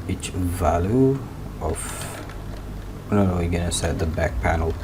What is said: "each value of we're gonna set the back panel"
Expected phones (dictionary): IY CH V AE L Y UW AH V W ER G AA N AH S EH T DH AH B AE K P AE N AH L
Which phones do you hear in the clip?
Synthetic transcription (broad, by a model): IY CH V AE L Y UW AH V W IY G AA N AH S EH T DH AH B AE K P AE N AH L